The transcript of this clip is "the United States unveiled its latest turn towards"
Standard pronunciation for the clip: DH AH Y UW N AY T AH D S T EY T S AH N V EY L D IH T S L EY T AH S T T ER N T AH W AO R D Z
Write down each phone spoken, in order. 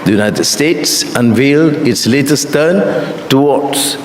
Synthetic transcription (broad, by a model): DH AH Y UW N AY T AH D S T EY T S AH N V EY L D IH T S L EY T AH S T T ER N T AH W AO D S